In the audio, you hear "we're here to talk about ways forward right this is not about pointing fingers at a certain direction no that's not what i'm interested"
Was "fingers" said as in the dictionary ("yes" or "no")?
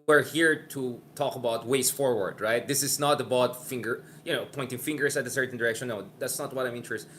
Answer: no